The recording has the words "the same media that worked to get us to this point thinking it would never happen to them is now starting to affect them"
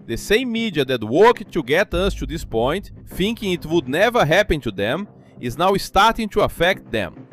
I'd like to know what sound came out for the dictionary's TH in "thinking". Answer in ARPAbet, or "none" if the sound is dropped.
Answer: F